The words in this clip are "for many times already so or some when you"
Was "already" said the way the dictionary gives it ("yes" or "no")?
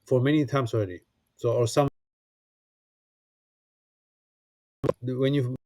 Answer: yes